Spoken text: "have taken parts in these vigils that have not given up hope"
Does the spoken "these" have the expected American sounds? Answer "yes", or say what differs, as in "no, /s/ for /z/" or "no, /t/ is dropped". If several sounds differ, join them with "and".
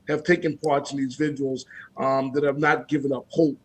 yes